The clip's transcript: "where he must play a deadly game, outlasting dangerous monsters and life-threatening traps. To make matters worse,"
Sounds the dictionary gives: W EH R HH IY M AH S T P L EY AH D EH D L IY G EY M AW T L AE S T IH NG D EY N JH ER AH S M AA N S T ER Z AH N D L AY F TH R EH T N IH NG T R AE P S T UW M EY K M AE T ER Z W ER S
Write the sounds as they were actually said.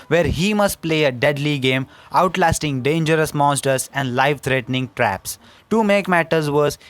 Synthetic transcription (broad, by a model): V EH R HH IY M AH S T P L EY AH D EH D L IY G EY M AW T L AE S T IH NG D EY N JH ER AH S M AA N S T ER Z AH N D L AY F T R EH T N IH NG T R AE P S T UW M EY K M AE T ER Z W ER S